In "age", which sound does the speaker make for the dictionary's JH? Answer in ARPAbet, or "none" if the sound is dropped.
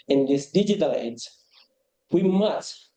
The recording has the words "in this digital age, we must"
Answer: Z